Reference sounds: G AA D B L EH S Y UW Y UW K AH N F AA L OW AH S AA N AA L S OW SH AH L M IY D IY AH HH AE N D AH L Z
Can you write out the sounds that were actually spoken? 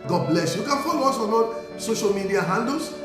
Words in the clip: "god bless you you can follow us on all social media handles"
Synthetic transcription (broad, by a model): G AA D B L EH S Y Y UW K AH N F AA L OW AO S AA N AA N S OW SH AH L M IY D IY AH HH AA N D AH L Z